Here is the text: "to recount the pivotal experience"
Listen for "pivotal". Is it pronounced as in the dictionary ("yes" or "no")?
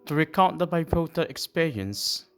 no